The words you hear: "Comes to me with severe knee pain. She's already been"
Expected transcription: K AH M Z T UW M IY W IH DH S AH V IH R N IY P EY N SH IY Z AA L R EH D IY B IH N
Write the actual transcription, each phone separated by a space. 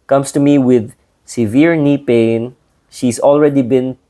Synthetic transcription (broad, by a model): K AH M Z T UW M IY W IH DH S AH V IH R N IY P EY N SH IY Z AA L R EH D IY B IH N